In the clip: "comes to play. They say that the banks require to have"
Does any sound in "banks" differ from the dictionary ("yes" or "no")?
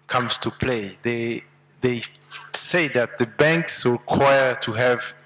no